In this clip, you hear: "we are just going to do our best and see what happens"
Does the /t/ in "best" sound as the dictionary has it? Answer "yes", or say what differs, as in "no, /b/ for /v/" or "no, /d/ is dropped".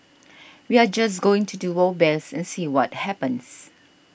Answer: no, /t/ is dropped